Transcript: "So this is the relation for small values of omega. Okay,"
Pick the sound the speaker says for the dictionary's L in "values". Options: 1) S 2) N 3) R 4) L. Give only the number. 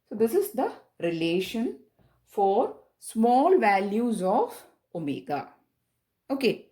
4